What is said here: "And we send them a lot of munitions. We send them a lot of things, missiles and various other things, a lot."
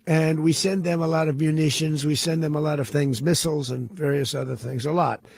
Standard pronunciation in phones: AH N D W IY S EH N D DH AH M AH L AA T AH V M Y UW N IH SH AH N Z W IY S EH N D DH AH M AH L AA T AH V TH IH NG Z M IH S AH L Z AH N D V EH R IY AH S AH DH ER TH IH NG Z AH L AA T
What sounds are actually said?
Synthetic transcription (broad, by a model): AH N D W IY S EH N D DH AH M AH L AA T AH V M Y UW N IH SH AH N Z W IY S EH N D DH AH M AH L AA T AH V TH IH NG Z M IH S L Z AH N V EH R IY AH S AH DH ER TH IH NG Z AH L AA T